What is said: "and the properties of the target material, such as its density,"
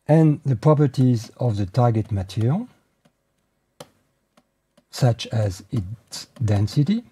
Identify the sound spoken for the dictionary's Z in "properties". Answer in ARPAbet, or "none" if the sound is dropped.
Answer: Z